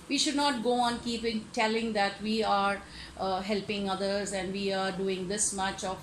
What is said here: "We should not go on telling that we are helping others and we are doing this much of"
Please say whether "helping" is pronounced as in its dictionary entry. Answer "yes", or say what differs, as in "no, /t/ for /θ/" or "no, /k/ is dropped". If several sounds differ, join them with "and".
yes